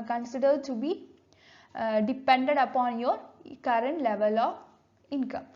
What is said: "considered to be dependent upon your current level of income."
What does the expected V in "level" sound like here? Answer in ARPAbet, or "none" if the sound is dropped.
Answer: V